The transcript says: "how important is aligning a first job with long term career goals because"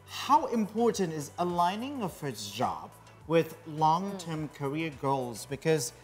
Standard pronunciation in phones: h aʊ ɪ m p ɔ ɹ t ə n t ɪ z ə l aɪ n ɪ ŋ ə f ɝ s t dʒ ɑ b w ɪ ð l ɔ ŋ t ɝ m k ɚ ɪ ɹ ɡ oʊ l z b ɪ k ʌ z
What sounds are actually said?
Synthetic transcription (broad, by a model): h aʊ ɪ m p ɔ ɹ t n t ɪ z ə l aɪ n ɪ ŋ ə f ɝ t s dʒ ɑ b w ɪ ð l ɔ ŋ t ɝ m k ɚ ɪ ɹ ɡ oʊ l z b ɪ k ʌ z